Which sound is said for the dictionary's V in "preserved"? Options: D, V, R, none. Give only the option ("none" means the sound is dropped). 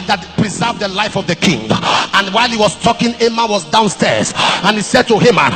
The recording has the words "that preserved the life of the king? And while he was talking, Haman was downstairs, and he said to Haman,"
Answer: V